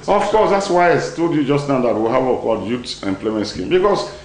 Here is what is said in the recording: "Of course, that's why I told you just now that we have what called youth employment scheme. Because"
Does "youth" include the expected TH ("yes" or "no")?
no